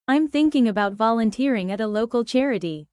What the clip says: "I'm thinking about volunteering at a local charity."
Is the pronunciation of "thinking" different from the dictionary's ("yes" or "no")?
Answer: no